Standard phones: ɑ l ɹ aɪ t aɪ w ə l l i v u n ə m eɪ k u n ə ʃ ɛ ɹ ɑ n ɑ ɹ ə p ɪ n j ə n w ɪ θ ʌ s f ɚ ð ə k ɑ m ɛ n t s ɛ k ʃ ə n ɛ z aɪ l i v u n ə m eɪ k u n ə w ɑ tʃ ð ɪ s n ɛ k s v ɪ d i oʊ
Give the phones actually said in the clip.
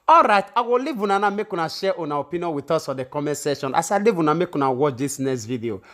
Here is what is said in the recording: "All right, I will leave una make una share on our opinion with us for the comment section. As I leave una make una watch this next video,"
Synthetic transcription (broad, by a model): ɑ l ɹ aɪ t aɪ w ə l l i v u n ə m eɪ k u n ə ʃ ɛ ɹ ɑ n ɑ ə p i n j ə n w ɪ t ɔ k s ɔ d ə k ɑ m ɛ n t s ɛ ʃ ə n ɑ s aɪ l i v u n ə m eɪ k u n ə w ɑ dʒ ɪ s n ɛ s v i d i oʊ